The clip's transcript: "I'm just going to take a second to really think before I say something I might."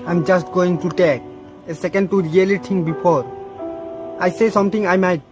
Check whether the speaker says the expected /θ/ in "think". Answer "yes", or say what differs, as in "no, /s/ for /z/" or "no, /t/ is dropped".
no, /t/ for /θ/